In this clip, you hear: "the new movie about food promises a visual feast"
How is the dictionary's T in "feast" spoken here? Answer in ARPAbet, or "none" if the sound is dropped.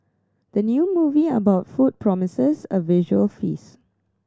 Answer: none